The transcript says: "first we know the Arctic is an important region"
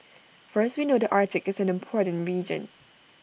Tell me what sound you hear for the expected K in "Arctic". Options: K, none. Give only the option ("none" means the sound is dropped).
K